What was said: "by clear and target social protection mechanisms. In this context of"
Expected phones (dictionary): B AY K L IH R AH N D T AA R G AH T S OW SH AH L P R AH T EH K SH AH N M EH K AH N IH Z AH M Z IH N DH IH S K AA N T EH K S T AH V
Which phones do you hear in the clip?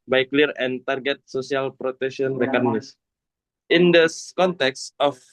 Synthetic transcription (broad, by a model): B AY K L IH R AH N T AA R G AH T S OW S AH L P R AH T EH K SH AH N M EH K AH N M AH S IH N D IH S K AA N T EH K S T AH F